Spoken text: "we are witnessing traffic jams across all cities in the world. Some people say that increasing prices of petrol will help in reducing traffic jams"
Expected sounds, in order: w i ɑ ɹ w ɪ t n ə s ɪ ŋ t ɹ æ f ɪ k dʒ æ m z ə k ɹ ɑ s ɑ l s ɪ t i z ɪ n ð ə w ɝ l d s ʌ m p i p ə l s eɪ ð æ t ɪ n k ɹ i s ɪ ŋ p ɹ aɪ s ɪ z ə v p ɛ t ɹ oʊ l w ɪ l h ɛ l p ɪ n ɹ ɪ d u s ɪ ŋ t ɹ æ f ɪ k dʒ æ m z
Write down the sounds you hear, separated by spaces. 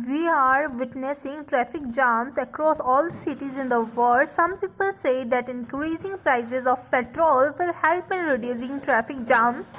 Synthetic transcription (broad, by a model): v i ɑ ɹ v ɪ t n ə s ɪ ŋ t ɹ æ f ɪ k dʒ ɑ m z ə k ɹ ɑ s ɑ l s ɪ t i z ɪ n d ə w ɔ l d s ʌ m p i p ə l s eɪ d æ t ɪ n k ɹ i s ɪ ŋ p ɹ aɪ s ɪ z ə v p ɛ t ɹ oʊ l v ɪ l h ɛ l p ɪ n ɹ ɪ d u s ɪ ŋ t ɹ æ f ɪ k dʒ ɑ m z